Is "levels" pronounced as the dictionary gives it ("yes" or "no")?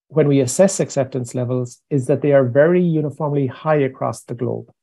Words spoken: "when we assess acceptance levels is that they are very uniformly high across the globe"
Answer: yes